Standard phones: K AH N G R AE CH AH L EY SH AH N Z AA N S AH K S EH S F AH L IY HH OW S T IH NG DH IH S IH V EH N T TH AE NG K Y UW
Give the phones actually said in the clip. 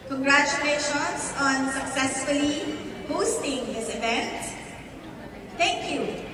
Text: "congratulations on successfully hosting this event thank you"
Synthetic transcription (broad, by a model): K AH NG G R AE CH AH L EY SH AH N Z AA N S AH K S EH S F AH L IY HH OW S T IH NG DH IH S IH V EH N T T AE NG K Y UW